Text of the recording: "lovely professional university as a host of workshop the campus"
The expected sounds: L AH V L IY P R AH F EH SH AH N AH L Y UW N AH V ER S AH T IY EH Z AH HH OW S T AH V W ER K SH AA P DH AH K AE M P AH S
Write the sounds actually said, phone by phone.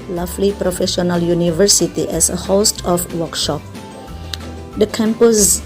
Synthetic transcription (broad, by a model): L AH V L IY P R AH F EH SH AH N AH L Y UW N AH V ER S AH T IY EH S AH HH OW S T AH F W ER K SH AA P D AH K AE M P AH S